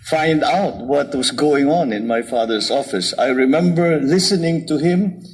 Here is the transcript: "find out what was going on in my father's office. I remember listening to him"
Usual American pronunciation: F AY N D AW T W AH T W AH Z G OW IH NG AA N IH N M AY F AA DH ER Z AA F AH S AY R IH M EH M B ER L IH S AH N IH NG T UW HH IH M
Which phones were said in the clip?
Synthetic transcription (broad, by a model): F AY N D AW T W AH T W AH S G OW IH NG AA N IH N M AY F AA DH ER S AA F AH S AY R IH M EH M B ER L IH S AH N IH NG T UW HH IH M